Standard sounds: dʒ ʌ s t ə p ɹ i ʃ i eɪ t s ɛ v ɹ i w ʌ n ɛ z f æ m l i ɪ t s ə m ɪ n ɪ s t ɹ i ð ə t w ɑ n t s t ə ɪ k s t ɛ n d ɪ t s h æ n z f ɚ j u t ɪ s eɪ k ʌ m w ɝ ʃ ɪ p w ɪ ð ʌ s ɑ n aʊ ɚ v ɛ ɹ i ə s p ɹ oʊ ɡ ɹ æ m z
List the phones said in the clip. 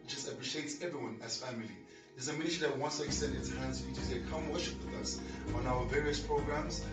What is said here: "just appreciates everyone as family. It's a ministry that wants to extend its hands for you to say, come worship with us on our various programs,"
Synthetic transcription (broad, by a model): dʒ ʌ s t ə p ɹ i ʃ i eɪ t s ɛ v ɹ i w ʌ n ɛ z f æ m l i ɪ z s ə m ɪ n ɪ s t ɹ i ð ə t w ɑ n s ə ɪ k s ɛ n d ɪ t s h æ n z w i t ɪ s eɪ k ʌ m w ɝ ʃ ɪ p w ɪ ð ʌ s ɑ n aʊ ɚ v ɛ ɹ i ə s p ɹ oʊ ɡ ɹ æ m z